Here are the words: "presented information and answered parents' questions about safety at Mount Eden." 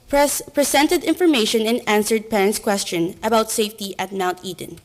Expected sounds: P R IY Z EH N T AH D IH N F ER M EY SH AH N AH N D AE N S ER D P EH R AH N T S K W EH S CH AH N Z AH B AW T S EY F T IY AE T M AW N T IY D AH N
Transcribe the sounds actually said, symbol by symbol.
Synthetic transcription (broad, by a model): P R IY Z EH N T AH D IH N F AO M EY SH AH N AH N AE N S ER D P EH R AH N T S K W EH S CH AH N AH B AW T S EY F T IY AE T M AW N T IY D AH N